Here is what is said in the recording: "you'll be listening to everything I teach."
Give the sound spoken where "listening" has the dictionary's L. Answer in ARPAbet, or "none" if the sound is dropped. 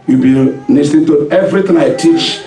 N